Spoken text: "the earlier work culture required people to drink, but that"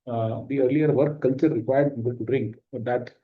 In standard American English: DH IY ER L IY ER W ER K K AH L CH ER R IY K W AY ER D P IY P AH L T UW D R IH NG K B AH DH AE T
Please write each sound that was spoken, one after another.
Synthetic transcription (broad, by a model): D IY ER L IY ER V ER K K AH L CH ER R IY K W AY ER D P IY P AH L T UW D R IH NG K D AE T